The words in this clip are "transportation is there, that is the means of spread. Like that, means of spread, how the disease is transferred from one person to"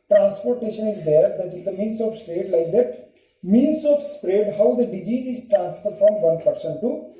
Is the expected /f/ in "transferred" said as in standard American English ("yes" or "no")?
no